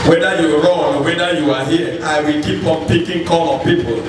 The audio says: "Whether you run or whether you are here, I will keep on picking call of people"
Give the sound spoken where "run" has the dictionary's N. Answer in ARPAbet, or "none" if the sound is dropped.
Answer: none